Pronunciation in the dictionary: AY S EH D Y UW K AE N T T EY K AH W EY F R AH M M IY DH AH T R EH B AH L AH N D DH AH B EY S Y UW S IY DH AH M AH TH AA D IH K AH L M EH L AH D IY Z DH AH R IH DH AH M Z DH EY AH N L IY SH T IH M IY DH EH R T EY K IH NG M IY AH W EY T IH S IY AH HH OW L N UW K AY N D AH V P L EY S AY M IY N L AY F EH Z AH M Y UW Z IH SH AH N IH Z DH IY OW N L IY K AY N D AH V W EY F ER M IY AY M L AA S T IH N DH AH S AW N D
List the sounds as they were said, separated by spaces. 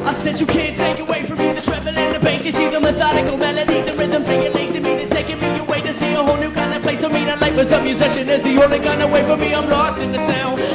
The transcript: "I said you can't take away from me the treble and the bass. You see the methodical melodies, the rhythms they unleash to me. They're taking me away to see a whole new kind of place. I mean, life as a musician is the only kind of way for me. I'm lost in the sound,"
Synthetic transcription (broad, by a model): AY S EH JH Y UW K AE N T T EY K AH W EY F R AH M M IY DH AH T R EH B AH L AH N DH AH B EY S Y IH S IY DH AH M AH TH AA D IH K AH L M EH L AH D IY Z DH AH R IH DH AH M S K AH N L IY S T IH M IY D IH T EY K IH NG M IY AH W EY T IH S IY AH HH OW L N UW K AY N D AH P L EY S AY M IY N L AY P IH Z AH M Y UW Z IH SH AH N IH Z DH IY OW L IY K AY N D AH W EY F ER M IY AY M L AA S T IH N DH AH S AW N